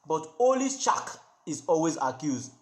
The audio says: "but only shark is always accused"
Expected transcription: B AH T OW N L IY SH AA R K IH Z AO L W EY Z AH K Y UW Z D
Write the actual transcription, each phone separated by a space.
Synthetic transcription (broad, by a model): B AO T OW L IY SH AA K IH Z AO L W EY Z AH K Y UW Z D